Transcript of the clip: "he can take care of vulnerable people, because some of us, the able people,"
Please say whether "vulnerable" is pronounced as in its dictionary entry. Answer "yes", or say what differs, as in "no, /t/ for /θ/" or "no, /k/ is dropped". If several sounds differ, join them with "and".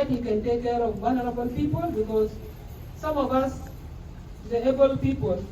no, /w/ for /v/ and /l/ is dropped